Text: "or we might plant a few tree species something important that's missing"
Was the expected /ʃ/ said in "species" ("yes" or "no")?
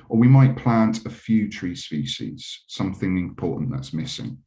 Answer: yes